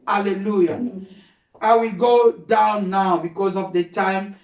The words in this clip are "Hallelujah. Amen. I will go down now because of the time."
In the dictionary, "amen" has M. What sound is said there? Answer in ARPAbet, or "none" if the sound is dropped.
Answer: none